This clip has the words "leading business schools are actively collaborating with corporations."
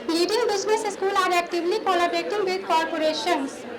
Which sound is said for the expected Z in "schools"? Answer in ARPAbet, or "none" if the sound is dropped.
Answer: none